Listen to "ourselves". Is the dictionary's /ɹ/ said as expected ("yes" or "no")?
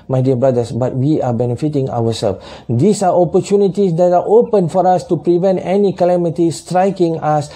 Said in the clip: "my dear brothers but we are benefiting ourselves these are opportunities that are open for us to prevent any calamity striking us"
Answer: no